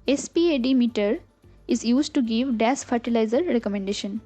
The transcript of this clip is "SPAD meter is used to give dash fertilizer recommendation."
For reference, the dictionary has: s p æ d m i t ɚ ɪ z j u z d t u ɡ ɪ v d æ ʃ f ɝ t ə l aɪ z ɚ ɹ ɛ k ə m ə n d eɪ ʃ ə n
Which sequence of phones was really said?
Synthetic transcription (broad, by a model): s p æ d m i t ɚ ɪ z j u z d t u ɡ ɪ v d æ s f ɝ t ə l aɪ z ɚ ɹ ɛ k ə m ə n d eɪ ʃ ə n